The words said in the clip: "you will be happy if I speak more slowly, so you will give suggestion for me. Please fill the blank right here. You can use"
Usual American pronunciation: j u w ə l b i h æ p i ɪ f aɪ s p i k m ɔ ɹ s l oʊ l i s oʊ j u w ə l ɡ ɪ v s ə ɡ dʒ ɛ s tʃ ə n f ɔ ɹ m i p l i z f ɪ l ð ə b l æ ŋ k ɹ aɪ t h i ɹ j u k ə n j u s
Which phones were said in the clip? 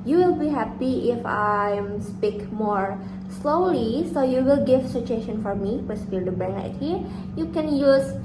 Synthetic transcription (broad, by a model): j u w ə l b i h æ p i ɪ f aɪ s p i k m ɔ ɹ s l oʊ l i s oʊ j u w ə l ɡ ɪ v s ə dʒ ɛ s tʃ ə n f ɔ ɹ m i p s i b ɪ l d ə b æ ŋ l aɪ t h i ɹ j u k ə n j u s